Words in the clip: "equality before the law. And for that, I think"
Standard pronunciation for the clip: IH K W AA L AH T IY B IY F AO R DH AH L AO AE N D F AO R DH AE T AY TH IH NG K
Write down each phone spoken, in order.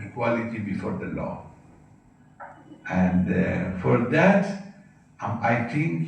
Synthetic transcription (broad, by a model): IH K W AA L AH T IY B IY F AO R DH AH L AO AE N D F AO R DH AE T AY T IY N